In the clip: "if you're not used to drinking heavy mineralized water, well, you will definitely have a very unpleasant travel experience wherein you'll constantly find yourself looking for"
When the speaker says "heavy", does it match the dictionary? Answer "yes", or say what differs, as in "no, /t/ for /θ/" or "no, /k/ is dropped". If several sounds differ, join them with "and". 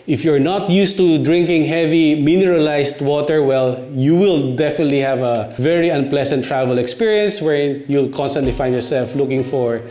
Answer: yes